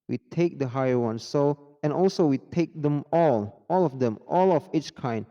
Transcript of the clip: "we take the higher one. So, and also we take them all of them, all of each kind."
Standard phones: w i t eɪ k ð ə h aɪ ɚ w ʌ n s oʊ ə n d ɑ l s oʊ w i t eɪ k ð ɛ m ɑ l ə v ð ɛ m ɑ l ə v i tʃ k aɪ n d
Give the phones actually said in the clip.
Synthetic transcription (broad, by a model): w i t eɪ k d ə h aɪ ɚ w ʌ n s oʊ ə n ɑ l s oʊ w i t eɪ k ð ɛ m ɑ l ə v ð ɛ m ɑ l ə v i tʃ k aɪ n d